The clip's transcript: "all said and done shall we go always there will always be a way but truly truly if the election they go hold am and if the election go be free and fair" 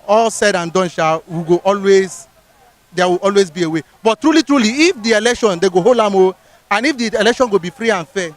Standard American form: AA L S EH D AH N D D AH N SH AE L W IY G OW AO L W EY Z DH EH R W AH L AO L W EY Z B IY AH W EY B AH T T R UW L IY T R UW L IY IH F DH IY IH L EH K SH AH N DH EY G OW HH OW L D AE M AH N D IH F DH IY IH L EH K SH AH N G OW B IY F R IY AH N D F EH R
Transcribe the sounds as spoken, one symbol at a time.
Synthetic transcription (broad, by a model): AA L S EH D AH N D D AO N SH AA W IY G OW AO L W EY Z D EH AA W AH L AO L W EY Z B IY AH W EY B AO T T R UW L IY T R UW L IY IH F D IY IH L EH K SH AH N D EY G OW HH OW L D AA M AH N IH F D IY IH L EH K SH AH N G OW B IY F R IY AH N F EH